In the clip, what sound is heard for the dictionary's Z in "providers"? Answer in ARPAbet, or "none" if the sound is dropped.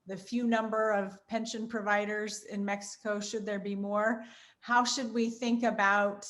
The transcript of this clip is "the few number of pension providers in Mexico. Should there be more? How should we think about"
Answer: Z